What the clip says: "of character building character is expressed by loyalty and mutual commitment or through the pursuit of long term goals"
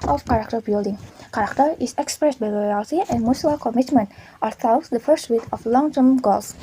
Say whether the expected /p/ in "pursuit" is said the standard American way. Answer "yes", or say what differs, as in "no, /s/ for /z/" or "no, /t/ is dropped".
no, /f/ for /p/